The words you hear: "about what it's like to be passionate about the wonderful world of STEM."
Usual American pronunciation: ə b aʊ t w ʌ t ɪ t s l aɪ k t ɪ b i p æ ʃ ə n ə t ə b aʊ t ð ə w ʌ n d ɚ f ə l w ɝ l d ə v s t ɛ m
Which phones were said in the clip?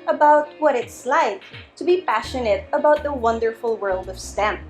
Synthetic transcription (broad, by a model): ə b aʊ t w ʌ t ɪ t s l aɪ k t ɪ b i p æ ʃ ə n ə t ə b aʊ t ð ə w ʌ n d ɚ f l w ɝ l d ə v s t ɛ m